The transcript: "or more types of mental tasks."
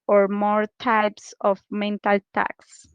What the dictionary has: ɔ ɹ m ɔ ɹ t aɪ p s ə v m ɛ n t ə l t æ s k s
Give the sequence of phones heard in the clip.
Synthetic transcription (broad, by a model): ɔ ɹ m ɔ ɹ t aɪ p s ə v m ɛ n t ə l t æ k s